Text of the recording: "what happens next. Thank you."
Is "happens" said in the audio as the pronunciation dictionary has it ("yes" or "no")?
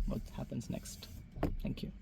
yes